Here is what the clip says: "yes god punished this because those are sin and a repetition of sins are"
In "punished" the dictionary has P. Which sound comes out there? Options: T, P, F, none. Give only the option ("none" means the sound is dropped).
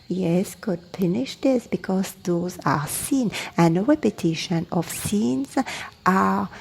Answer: F